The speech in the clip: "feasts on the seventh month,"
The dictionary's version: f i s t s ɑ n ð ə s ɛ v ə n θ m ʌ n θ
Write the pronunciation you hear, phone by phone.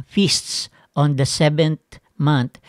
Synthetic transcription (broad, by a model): f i s t s ɑ n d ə s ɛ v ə n t m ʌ n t